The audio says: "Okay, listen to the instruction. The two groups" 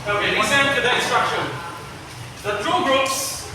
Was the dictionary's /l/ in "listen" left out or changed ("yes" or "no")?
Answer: yes